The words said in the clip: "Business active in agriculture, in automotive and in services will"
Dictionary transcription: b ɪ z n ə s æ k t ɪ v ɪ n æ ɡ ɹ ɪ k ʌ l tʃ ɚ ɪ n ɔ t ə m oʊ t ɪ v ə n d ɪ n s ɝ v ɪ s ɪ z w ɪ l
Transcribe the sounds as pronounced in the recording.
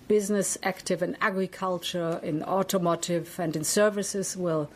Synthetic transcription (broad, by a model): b ɪ z n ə s æ k t ɪ v ɪ n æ ɡ ɹ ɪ k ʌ l tʃ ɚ ɪ n ɔ t ə m oʊ t ɪ v ə n d ɪ n s ɝ v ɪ s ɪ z w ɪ l